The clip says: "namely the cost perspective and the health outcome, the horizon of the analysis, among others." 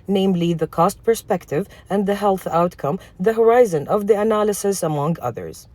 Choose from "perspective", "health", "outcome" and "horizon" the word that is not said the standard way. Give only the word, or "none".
none